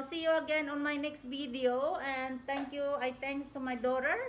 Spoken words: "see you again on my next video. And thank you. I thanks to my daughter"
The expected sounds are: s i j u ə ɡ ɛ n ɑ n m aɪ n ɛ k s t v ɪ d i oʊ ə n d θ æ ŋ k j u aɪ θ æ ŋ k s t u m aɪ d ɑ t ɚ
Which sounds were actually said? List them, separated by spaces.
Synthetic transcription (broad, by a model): s i j u ə ɡ ɛ n ɑ n m aɪ n ɛ k s t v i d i oʊ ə n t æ ŋ k j u aɪ t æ ŋ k s t u m aɪ d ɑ t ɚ